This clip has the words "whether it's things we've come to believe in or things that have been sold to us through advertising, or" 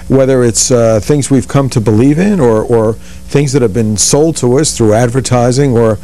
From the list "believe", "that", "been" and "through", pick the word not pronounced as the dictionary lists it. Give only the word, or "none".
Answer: none